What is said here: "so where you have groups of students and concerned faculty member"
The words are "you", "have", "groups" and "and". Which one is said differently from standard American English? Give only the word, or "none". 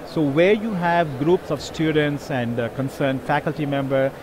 none